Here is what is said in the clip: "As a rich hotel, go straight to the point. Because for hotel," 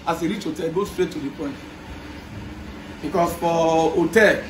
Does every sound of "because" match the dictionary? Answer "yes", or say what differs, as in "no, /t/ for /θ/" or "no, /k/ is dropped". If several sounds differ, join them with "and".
no, /s/ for /z/